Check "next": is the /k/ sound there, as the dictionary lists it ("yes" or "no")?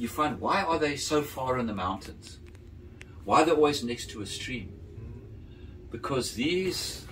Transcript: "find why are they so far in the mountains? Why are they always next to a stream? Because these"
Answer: yes